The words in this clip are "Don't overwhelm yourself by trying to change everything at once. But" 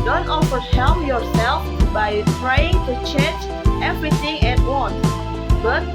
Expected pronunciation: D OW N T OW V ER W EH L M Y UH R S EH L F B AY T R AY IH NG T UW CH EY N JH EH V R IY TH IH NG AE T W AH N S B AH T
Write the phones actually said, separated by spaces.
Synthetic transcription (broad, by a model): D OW N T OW F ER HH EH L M Y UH R S EH L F B AY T R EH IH NG T UW CH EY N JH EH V R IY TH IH NG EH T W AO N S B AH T